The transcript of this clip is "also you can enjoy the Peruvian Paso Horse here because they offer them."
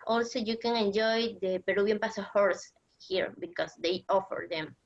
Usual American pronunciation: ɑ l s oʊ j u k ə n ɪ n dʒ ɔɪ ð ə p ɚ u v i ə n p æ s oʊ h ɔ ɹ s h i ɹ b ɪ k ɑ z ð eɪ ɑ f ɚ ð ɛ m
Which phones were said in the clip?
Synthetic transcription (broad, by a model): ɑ l s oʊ j u k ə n ɪ n dʒ ɔɪ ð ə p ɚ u b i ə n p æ s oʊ h ɔ ɹ s h i ɹ b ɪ k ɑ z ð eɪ ɑ f ɚ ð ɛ m